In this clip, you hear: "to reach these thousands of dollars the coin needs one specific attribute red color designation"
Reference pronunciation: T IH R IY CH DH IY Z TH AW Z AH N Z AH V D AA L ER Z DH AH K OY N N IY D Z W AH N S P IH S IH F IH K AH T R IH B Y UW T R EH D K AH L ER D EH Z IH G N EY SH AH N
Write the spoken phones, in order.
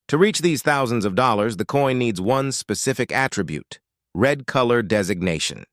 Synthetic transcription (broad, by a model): T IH R IY CH DH IY Z TH AW Z AH N Z AH V D AA L ER Z DH AH K OY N N IY D Z W AH N S P IH S IH F IH K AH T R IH B Y UW T R EH D K AH L ER D EH Z IH G N EY SH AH N